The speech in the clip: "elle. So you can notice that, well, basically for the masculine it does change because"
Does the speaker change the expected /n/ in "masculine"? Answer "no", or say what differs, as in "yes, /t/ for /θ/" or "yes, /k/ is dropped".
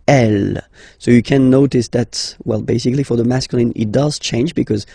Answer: no